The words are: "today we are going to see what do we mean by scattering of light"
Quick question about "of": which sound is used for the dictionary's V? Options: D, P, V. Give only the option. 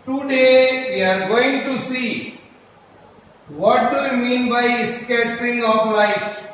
P